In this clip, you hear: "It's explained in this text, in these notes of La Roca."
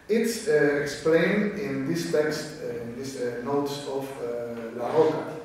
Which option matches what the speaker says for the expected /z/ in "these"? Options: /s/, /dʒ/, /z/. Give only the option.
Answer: /s/